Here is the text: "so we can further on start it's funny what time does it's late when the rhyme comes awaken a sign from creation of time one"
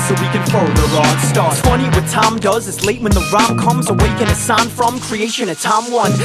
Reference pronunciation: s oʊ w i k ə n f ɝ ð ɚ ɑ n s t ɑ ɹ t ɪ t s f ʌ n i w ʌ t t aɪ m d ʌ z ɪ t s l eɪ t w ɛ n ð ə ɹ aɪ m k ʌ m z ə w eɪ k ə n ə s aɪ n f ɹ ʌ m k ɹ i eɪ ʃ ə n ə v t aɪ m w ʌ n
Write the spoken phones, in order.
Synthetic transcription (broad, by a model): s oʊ w i k ə n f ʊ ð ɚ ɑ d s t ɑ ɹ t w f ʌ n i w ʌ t t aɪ m d ʌ z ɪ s l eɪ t w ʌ n ð ə ɹ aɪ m k ʌ m z ə w eɪ k ə n ə s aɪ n f ɹ ʌ m k ɹ i eɪ ʃ ə n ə t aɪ m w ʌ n